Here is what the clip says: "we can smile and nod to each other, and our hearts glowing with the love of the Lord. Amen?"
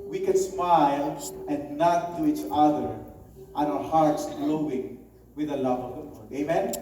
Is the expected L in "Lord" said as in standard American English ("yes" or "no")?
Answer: no